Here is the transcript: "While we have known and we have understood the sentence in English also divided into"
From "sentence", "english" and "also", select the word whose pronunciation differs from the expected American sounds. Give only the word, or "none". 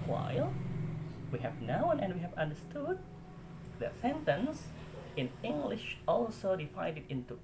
none